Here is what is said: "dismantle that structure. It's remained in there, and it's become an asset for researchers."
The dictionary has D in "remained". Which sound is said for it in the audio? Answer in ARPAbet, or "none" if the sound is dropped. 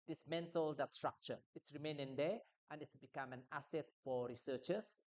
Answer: none